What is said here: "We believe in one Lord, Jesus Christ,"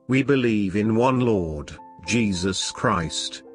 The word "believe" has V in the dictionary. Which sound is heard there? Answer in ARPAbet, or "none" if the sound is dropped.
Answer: V